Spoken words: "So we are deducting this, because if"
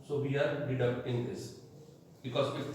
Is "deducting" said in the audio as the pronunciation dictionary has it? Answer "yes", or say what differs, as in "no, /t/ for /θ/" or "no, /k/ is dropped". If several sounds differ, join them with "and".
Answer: no, /k/ is dropped